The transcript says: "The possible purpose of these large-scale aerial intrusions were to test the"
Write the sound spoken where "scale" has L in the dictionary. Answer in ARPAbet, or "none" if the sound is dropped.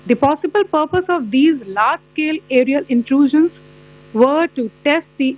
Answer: L